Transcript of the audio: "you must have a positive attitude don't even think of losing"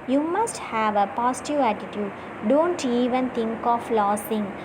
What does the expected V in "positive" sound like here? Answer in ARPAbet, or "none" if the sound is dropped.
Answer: none